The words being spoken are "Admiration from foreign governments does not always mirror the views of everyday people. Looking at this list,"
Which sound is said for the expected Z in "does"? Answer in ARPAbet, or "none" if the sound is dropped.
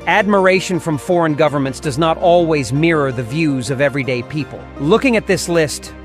Z